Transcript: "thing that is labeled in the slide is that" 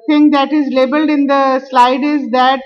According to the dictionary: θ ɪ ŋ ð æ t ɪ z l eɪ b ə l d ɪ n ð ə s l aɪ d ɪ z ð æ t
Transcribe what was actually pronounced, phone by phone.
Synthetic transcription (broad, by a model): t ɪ ŋ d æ t ɪ z l eɪ b ə l d ɪ n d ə s l aɪ d ɪ z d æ t